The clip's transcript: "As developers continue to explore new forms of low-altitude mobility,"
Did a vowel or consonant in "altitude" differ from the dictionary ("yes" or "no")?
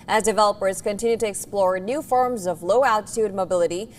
no